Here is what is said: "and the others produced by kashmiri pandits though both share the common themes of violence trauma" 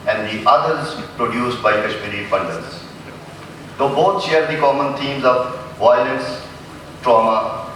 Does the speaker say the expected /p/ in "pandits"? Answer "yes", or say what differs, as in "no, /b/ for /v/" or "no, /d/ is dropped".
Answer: no, /f/ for /p/